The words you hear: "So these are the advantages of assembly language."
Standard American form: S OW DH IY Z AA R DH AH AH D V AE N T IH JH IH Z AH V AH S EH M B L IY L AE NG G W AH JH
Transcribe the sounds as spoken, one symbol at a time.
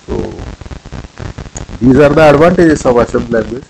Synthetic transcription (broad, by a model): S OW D IY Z AA R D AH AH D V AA N T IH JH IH S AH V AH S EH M L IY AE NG G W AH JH